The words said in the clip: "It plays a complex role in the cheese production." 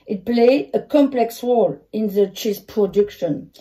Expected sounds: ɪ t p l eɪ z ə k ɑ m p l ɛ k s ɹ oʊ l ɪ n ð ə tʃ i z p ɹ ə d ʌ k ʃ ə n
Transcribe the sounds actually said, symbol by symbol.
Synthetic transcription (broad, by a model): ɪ t p l eɪ ə k ɑ m p l ɛ k s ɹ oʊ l ɪ n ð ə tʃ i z p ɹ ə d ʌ k ʃ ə n